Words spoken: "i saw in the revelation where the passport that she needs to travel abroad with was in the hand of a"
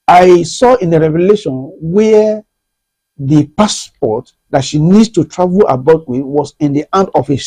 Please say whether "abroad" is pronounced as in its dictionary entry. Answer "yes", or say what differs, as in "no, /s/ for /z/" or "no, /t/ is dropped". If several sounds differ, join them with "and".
no, /ɹ/ is dropped